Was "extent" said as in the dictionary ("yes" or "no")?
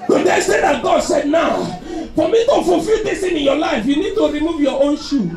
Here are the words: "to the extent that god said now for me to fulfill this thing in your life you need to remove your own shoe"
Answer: no